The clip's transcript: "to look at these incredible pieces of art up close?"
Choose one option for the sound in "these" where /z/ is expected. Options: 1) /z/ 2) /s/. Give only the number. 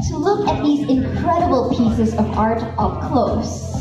1